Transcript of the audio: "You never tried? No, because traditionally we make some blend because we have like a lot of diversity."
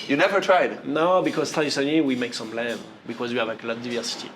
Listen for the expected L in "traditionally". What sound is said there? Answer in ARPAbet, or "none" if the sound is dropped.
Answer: N